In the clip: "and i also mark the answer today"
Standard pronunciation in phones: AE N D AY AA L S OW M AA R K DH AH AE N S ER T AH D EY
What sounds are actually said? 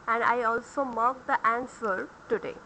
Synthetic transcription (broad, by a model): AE N D AY AA L S OW M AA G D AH AE N S ER T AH D EY